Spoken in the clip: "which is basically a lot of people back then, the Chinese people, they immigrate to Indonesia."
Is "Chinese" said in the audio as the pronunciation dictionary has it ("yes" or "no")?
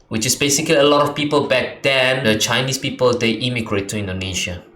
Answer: no